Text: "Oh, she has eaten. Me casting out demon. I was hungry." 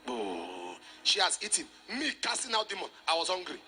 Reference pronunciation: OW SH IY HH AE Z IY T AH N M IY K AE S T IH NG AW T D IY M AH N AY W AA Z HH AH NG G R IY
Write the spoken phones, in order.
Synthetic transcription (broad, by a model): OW SH IY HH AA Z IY T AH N M IY K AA S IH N AW D IY M AH N AY W AA Z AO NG G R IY